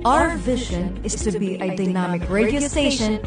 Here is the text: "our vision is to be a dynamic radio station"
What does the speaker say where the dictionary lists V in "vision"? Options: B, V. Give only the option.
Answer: V